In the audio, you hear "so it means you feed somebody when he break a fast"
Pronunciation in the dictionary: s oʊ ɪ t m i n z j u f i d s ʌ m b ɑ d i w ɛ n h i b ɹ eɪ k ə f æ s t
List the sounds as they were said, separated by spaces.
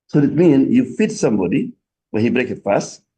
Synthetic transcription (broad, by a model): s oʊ ɪ t m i n j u f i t s ʌ m b ɑ d i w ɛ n h i b ɹ eɪ k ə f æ s t